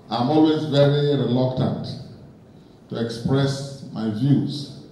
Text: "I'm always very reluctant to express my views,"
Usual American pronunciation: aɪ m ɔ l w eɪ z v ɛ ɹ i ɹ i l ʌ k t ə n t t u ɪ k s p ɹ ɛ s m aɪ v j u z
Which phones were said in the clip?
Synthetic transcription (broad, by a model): aɪ m ɔ l w eɪ z v ɛ ɹ i ɹ i l ʌ k t ə n t t u ɪ k s p ɹ ɛ s m aɪ v j u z